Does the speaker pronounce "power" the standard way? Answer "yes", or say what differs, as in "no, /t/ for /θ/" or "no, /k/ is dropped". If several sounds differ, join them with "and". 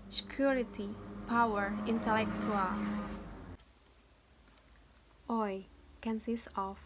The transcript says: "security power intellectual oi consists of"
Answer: yes